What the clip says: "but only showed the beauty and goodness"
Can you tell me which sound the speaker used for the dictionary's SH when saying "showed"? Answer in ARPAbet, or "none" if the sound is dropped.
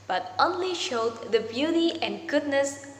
SH